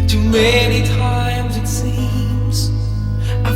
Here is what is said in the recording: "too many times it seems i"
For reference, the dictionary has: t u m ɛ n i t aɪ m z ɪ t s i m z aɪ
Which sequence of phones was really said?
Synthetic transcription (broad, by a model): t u m ɛ n i t aɪ m z ɪ t s i m z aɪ